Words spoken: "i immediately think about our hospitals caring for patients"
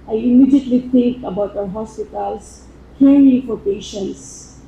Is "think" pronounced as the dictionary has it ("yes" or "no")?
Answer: no